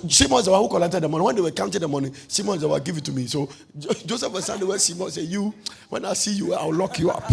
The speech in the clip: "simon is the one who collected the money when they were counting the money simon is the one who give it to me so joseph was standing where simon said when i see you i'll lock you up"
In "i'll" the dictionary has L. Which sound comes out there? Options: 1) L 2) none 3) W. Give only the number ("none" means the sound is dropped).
3